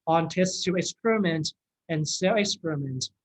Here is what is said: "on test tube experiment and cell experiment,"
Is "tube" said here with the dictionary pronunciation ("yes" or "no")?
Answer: no